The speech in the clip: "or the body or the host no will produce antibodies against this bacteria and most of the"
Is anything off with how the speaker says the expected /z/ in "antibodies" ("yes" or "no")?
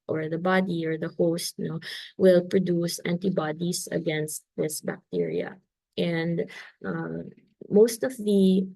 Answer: yes